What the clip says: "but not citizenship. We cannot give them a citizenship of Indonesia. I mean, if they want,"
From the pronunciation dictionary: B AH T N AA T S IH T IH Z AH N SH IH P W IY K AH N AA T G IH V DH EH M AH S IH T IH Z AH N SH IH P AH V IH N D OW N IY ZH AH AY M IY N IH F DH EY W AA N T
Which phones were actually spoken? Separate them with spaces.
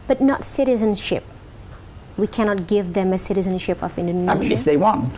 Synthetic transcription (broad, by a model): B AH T N AA T S IH T IH Z AH N SH IH P W IY K AH N AA T G IH V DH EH M AH S IH T IH Z AH N SH IH P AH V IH N D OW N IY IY IH F DH EY W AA N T